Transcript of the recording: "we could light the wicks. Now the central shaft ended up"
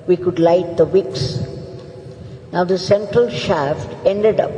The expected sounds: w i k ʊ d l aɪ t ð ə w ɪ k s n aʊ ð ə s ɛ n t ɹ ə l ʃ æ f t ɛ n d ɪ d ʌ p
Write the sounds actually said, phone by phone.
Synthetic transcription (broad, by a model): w i k ʊ d l aɪ t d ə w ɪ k s n aʊ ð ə s ɛ n t ɹ ə l ʃ æ f t ɛ n d ɪ d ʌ p